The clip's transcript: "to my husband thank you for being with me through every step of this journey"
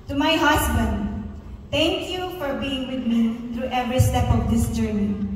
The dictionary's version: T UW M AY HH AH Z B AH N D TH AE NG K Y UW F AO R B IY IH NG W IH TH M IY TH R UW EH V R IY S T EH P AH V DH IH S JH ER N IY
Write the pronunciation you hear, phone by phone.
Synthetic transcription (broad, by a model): T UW M AY HH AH S B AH N D T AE NG K Y UW F AO R B IY IH NG W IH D M IY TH R UW EH V R IY S T EH P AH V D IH S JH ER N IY